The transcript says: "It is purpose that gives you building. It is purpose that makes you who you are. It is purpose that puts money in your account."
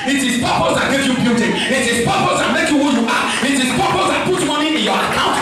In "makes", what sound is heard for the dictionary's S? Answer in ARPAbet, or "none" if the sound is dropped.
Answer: none